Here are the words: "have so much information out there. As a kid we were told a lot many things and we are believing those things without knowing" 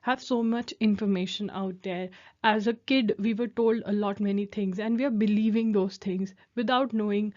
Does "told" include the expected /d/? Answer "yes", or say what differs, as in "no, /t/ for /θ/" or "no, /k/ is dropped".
yes